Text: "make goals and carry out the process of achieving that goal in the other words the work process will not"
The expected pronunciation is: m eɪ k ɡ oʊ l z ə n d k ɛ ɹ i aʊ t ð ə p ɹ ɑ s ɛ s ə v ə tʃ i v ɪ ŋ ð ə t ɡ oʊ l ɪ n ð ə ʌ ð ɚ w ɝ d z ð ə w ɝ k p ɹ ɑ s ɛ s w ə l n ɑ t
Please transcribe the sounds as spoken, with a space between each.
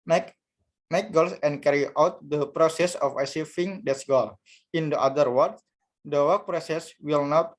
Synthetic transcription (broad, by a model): m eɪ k ɡ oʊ l s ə n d k ɛ ɹ i aʊ t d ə p ɹ ɑ s ɛ s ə f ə s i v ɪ ŋ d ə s ɡ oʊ l ɪ n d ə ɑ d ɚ w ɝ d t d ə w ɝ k p ɹ ɑ s ɛ s w ə l n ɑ t